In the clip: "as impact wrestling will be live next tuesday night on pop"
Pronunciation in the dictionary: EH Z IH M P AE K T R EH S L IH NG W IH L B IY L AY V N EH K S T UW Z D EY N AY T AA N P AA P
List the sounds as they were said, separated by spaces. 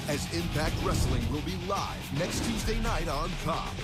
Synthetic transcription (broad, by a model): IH Z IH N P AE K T R EH S L IH NG W IH L B IY L AY V N EH K S T UW Z D EY N AY T AA N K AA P